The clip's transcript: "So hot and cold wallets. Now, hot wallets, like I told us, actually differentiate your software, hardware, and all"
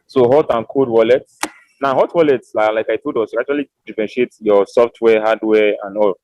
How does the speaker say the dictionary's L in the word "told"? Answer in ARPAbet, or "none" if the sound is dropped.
none